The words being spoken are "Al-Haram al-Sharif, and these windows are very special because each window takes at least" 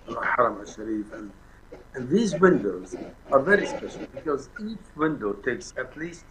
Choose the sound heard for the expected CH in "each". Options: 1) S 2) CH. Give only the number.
2